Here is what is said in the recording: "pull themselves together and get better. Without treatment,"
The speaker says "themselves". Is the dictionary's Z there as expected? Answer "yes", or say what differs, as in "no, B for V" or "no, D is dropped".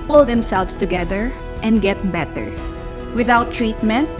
no, S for Z